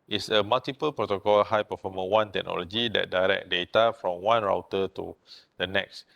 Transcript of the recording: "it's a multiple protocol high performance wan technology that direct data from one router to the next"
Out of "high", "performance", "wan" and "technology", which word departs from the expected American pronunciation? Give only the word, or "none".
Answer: performance